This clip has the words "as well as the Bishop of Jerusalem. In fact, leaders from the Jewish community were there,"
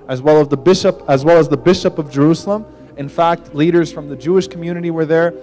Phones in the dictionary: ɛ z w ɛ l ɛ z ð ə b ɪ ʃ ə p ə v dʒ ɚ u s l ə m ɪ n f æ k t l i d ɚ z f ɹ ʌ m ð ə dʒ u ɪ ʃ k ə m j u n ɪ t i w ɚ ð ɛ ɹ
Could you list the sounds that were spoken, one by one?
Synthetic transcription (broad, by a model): ɛ z w ɛ l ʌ z ð ə b ɪ ʃ ə p ə v dʒ ɚ u s l ə m ɪ n f æ k t l i d ɚ z f ɹ ʌ m ð ə dʒ u ɪ ʃ k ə m j u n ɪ t i w ɚ ð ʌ ɹ